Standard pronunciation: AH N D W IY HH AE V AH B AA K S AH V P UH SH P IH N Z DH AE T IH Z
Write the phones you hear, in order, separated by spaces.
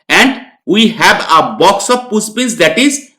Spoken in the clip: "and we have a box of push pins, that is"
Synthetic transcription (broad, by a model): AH N D W IY HH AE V AH B AA K S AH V P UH S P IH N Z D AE T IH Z